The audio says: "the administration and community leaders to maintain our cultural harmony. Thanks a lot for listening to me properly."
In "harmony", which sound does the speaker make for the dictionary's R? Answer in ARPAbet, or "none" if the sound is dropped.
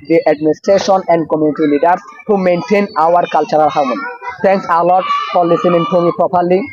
W